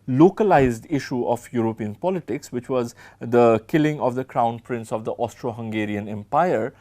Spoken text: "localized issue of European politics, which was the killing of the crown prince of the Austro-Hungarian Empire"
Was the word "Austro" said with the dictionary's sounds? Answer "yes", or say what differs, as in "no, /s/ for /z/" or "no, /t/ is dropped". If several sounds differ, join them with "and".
yes